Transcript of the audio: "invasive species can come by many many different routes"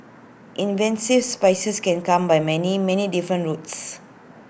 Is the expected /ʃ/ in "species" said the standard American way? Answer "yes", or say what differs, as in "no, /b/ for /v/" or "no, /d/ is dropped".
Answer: no, /s/ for /ʃ/